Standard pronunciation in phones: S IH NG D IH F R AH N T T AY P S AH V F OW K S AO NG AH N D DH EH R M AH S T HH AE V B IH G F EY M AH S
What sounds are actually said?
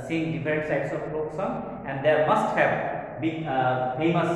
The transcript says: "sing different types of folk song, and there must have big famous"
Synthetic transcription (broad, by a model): S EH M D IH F R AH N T S AY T S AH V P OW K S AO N AH N D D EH R M AH S T HH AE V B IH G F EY M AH S